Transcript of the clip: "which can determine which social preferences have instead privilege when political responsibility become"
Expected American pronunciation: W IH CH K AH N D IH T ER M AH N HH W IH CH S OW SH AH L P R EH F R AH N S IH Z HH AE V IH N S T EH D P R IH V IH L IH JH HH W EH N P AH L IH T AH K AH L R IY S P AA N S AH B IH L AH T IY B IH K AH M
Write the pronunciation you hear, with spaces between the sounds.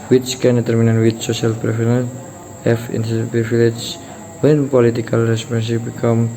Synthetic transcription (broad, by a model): W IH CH K AH N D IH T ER M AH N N W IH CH S OW SH AH L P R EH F AH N IH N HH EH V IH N T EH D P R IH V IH L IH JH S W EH N P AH L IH T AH K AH L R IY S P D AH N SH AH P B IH K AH M